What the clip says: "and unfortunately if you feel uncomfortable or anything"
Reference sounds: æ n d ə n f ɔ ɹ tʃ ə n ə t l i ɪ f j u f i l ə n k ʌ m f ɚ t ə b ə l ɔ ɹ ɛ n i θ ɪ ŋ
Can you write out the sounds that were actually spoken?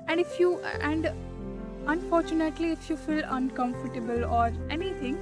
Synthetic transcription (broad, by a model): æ n d ə n f ɔ ɹ tʃ ə n ə t l i ɪ f j u f i l ə n k ʌ m f ɚ t ə b ə l ɔ ɹ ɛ n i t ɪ ŋ